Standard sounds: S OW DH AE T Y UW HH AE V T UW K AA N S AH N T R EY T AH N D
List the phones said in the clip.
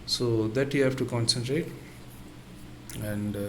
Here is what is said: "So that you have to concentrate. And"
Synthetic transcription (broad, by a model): S OW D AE T Y UW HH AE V T UW K AA N S AH N T R EY T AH N D